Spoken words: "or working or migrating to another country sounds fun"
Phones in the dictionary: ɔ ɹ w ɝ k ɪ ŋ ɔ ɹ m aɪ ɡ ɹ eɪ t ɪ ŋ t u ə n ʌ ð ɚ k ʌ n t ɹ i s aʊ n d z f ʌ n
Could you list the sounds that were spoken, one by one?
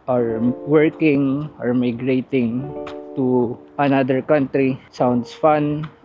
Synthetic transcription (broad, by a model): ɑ ɹ w ɝ k ɪ ŋ ɔ ɹ m aɪ ɡ ɹ eɪ t ɪ ŋ t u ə n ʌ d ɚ k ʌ n t ɹ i s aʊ n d s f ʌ n